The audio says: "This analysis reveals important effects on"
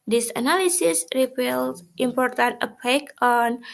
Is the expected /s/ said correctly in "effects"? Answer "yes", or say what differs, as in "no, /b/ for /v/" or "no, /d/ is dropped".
no, /s/ is dropped